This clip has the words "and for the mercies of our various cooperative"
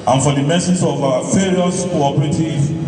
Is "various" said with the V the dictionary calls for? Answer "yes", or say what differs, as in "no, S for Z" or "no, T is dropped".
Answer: no, F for V